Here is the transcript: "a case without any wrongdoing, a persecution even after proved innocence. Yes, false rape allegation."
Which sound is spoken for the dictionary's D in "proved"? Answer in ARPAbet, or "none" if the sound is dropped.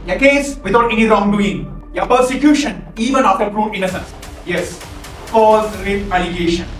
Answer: none